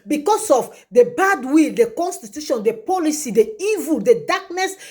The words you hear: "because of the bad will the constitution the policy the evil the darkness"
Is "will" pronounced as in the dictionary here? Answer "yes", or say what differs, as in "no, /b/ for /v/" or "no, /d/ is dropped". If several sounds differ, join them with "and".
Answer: yes